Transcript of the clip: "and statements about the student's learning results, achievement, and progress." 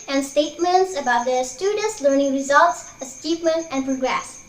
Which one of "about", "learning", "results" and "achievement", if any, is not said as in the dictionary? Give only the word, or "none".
achievement